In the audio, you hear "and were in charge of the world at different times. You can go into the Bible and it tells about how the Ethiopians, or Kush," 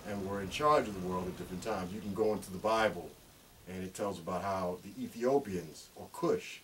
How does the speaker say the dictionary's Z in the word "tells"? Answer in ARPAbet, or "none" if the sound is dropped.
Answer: Z